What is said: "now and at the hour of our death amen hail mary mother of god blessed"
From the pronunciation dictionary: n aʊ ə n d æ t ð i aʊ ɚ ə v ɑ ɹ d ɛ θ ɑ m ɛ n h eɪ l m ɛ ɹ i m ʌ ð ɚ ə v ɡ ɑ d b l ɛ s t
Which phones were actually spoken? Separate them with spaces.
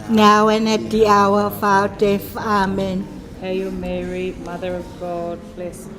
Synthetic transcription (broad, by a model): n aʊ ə n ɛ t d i aʊ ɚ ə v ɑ w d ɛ f ɑ m ɛ n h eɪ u m ɛ ɹ i m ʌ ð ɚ ə v ɡ ɑ d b l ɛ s